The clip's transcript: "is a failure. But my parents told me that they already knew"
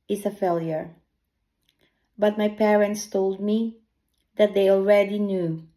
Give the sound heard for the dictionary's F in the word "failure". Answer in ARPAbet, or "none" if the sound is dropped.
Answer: F